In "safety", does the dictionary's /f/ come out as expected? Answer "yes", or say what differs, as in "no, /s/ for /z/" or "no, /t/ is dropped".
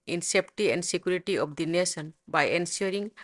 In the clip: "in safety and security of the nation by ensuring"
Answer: no, /p/ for /f/